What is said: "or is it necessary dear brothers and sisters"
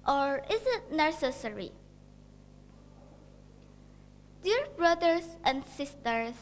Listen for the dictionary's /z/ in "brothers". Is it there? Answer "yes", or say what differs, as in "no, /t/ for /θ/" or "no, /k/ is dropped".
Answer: no, /s/ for /z/